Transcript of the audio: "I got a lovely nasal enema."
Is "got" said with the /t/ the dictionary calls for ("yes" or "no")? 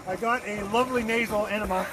yes